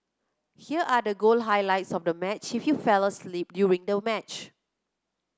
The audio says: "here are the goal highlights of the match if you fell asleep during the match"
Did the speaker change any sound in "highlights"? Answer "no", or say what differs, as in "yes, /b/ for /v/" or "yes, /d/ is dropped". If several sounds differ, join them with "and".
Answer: no